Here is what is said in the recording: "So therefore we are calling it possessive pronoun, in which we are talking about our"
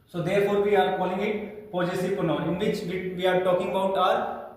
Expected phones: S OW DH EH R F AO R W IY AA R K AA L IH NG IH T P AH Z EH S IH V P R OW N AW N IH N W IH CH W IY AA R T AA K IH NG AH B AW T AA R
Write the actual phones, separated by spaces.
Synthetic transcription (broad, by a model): S OW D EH R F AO R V IY AA R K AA L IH NG IH T P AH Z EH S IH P OW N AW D IH N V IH CH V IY AA R T AA K IH NG AH B AW T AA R